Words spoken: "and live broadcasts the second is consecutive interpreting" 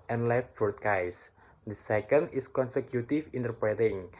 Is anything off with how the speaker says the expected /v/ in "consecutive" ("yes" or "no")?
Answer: yes